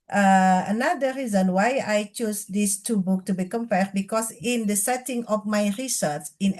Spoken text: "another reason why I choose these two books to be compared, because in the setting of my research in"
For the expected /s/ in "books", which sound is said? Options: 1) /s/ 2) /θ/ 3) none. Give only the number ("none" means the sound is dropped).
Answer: 3